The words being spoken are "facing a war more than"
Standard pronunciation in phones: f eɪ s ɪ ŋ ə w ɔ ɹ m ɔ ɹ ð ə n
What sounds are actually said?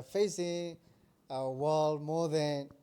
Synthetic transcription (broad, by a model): f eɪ s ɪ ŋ ə w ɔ l m ɔ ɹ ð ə n